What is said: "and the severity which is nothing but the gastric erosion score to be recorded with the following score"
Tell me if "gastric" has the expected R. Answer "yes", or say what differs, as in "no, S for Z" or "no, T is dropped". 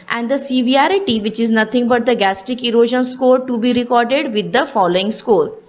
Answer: no, R is dropped